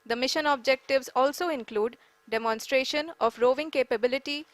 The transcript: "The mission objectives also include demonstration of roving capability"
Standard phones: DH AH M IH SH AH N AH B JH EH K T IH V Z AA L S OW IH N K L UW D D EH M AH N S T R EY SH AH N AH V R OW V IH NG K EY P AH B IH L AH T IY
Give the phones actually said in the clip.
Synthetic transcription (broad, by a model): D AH M IH SH AH N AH B JH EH K T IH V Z AA L S OW IH N K L UW D D EH M AH N S T R EY SH AH N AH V R OW V IH NG K EY P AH B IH L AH T IY